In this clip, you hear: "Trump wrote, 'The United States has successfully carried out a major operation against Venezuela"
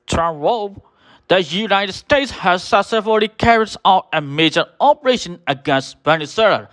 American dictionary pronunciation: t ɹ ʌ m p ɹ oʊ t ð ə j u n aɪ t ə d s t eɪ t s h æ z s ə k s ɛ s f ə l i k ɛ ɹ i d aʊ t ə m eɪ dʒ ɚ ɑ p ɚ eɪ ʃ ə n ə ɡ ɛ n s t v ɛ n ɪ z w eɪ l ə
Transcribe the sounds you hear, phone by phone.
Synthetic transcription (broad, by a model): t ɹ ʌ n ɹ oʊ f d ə j u n aɪ t ə d s t eɪ t s h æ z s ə s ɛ f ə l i k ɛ ɹ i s aʊ t ə m eɪ dʒ ɚ ɑ p ɚ eɪ ʃ ə n ə ɡ ɛ n s t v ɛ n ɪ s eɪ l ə